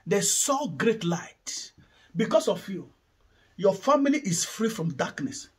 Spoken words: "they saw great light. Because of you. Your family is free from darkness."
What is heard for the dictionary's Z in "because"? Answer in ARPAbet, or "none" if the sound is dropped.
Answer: S